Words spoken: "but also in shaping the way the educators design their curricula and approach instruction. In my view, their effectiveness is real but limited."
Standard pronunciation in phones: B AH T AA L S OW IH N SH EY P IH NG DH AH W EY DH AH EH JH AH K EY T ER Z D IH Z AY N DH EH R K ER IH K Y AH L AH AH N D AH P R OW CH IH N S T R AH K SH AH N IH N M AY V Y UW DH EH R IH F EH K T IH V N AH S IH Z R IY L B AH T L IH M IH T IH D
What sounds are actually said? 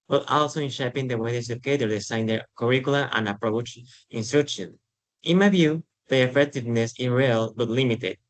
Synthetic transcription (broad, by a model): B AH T AA L S OW IH N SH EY P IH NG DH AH W EY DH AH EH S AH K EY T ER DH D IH S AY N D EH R K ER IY K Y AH L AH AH N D AH P R OW CH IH N S T R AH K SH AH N IH N M AY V Y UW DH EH IH F EH K T IH V N AH S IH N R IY L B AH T L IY M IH T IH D